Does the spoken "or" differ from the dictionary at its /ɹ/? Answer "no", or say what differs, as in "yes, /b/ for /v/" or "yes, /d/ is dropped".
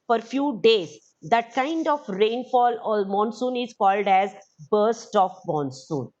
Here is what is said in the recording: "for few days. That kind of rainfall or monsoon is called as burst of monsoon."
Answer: yes, /l/ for /ɹ/